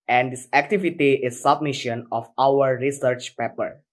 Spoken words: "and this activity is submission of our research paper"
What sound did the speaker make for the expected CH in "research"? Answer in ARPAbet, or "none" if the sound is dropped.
CH